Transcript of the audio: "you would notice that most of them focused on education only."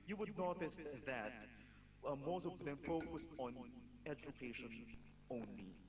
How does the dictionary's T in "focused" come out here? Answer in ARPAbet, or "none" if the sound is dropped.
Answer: T